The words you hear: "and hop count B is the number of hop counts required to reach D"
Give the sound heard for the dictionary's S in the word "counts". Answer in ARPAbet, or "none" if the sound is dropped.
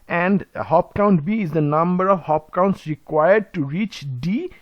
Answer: S